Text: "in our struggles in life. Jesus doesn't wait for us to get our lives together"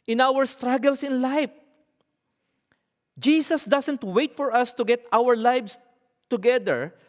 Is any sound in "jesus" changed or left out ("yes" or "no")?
yes